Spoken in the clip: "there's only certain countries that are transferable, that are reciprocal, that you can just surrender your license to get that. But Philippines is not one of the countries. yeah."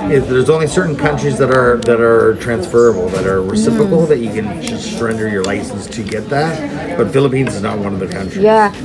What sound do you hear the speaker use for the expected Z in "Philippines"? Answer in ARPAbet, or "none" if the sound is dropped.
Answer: Z